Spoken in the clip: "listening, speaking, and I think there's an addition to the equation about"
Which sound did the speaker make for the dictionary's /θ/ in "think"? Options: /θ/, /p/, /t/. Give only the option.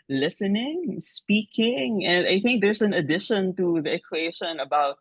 /θ/